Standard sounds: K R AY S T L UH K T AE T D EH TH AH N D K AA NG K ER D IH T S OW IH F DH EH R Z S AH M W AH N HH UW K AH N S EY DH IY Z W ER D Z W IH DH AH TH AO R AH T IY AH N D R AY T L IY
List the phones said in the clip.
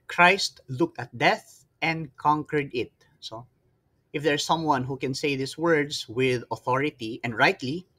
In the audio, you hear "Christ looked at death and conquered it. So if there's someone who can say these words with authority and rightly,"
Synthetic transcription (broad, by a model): K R AY S T L UH K T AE T D EH TH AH N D K AA NG K ER D IH T S OW IH F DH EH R S AH M W AH N HH UW K AH N S EY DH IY S W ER D S W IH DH AH TH AO R AH T IY AH N D R AY T L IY